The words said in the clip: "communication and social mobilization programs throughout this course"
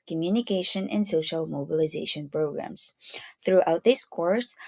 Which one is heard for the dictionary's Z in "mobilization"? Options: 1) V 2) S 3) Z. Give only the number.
3